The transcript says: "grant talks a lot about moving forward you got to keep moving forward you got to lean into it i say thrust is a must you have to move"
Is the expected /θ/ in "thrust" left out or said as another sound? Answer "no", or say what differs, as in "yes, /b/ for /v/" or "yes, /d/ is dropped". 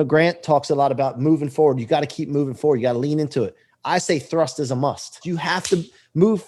no